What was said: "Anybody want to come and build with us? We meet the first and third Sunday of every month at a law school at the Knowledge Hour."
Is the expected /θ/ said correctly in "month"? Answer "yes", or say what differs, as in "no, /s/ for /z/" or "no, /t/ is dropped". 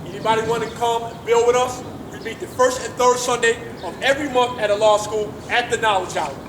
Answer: yes